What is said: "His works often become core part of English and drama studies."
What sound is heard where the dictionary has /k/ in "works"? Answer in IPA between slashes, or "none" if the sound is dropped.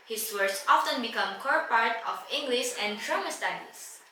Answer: none